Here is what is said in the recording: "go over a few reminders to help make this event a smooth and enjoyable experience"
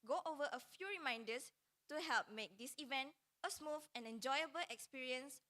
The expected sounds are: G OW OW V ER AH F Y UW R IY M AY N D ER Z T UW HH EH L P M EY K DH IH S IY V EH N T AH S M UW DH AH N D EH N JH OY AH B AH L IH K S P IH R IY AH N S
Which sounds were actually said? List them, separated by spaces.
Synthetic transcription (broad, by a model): G OW OW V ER AH F Y UW R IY M AY N D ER S T UW HH EH L P M EY K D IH S IY V EH N T AH S M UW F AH N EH N JH OY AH B AH L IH K S P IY R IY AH N S